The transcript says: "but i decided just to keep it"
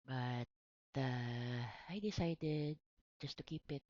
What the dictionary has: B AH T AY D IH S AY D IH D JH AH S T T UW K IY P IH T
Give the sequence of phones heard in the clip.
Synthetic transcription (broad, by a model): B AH T AY D IH S AY D IH D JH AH S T T UW K IY P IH T